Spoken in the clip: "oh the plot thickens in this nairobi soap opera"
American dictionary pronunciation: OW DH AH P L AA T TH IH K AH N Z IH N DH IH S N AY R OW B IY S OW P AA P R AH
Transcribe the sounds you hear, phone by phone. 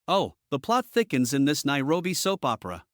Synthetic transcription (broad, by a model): OW DH AH P L AA T TH IH K AH N Z IH N DH IH S N AY R OW B IY S OW P AA P R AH